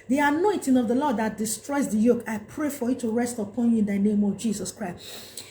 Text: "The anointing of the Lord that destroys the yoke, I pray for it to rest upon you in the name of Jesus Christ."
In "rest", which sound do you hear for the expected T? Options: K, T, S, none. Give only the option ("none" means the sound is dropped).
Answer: T